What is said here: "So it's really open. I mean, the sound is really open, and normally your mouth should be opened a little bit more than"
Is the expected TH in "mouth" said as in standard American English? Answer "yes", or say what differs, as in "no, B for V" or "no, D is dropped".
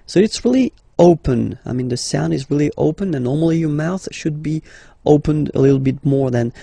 yes